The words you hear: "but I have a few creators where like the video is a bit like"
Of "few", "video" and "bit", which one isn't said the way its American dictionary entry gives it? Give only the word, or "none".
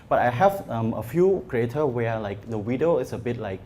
video